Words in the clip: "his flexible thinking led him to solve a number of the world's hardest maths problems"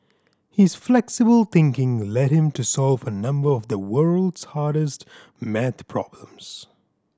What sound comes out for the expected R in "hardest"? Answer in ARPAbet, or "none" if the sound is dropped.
R